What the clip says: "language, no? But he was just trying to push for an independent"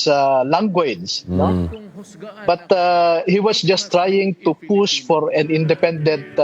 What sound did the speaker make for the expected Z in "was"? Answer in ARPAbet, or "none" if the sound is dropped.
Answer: S